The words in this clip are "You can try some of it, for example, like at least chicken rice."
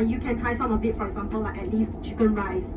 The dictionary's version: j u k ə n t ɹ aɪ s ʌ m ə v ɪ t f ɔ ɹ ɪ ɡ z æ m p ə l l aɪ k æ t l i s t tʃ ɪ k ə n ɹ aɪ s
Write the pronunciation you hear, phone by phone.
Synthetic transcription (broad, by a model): j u k ə n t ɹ aɪ s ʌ m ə b ɪ t f ɔ ɹ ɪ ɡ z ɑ m p ə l l aɪ k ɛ t l i s t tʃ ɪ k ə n ɹ aɪ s